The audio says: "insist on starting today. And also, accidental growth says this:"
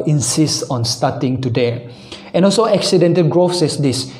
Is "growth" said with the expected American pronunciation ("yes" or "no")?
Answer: no